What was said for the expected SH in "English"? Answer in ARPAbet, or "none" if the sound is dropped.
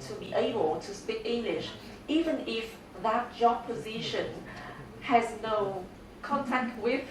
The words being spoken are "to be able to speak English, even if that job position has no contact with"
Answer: SH